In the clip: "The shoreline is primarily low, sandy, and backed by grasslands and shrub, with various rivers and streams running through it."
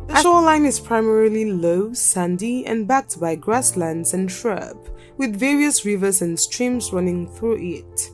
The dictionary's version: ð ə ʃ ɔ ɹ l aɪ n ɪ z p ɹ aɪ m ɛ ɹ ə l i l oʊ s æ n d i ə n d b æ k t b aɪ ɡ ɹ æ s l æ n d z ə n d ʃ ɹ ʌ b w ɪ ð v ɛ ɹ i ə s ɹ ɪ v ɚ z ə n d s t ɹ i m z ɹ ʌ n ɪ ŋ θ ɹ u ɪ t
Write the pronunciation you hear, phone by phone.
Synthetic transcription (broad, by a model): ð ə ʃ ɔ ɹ l aɪ n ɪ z p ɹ aɪ m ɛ ɹ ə l i l oʊ s æ n d i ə n b æ k t b aɪ ɡ ɹ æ s l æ n d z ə n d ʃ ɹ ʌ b w ɪ ð v ɛ ɹ i ə s ɹ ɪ v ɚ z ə n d s t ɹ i m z ɹ ʌ n ɪ ŋ θ ɹ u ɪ t